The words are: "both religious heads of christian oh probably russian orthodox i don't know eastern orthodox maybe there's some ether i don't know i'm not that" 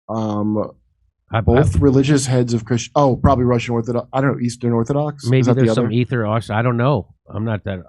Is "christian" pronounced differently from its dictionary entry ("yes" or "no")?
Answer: yes